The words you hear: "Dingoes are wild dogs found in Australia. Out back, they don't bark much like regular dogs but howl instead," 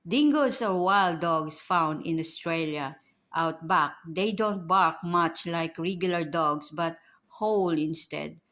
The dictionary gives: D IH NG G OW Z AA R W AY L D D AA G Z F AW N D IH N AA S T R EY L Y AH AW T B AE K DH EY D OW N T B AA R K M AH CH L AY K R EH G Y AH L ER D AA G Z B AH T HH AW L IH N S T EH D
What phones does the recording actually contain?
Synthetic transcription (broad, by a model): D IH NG G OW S AA R W AY L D D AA G S F AW N D IH N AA S T R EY L Y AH AW T B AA K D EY D OW N T B AA R K M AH CH L AY K R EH G Y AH L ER D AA G S B AH T HH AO L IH N S T EH D